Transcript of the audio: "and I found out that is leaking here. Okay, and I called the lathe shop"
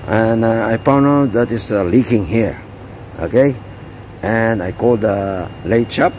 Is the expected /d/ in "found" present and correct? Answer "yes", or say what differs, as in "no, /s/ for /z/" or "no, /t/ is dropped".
no, /d/ is dropped